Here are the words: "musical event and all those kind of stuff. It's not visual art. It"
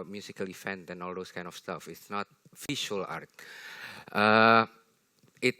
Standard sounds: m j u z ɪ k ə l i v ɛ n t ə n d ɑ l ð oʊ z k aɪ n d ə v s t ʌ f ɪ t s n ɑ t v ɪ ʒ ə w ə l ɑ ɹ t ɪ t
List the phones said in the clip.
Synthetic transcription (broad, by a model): m j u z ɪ k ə l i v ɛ n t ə n ɑ l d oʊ s k aɪ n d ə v s t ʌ f ɪ t s n ɑ t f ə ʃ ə l ɑ ɹ t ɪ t